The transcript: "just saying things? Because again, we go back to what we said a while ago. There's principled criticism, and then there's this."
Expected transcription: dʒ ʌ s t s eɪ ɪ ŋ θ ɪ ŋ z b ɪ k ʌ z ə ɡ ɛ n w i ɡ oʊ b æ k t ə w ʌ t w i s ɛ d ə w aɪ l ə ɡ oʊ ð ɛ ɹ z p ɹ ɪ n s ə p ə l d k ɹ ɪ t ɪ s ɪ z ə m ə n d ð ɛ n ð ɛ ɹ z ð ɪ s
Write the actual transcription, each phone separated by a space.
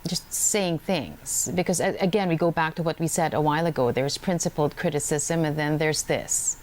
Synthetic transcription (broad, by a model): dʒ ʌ s t s eɪ ɪ ŋ θ ɪ ŋ z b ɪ k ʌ z ə ɡ ɛ n w i ɡ oʊ b æ k t ə w ʌ t w i s ɛ d ə w aɪ l ə ɡ oʊ ð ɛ ɹ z p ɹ ɪ n s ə p l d k ɹ ɪ t ɪ s ɪ z ə m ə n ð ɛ n ð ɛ ɹ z ð ɪ s